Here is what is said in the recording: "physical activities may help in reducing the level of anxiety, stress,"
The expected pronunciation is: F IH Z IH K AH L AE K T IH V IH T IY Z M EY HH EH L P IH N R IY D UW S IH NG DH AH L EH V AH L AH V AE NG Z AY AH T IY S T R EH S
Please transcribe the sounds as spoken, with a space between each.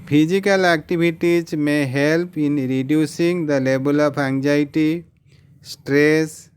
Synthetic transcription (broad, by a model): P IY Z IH K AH L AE K T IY B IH T IY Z M EY HH EH L P IH N R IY D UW S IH NG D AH L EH B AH L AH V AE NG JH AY T IY S T R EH S